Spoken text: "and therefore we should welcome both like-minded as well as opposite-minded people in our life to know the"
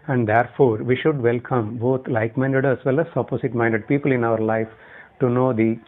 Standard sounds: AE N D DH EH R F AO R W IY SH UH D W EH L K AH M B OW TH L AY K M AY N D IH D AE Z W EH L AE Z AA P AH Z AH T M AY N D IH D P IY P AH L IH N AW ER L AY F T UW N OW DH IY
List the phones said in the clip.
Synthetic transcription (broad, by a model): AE N D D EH R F AO R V IY SH UH D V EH L K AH M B OW T L AY K M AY N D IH D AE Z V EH L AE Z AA P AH S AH T M AY N D IH D P IY P AH L IH N AW ER L AY F T UW N OW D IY